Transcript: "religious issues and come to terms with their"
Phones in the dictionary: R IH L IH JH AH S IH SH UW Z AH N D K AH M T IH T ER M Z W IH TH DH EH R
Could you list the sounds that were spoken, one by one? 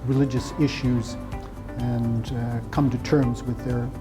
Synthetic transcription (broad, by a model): R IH L IH JH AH S IH SH UW Z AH N K AH M T IH T ER M Z W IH DH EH R